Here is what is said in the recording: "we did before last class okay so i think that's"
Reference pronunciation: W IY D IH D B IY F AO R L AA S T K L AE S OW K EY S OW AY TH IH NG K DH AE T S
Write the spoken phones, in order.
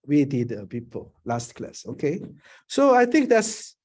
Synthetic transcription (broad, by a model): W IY D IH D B IY P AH L L AA S T K L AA S OW K EY S OW AY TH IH NG K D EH T S